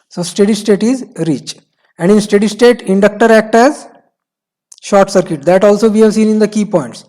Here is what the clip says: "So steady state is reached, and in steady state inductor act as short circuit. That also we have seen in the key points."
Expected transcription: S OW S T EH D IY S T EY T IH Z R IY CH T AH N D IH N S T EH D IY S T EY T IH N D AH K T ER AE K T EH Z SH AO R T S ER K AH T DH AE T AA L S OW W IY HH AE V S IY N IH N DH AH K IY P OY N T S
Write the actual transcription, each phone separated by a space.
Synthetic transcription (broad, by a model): S OW S T EH D IY S T EY T IH Z R IY CH AH N D IH N S T EH D IY S T EY T IH N D AH K T ER AE K T EH Z SH AO R T S ER K AH T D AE T AA L S OW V IY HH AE V S IY N IH N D AH K IY P OY N T S